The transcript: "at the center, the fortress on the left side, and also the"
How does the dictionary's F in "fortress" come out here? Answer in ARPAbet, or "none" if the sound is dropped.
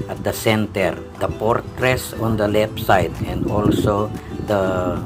P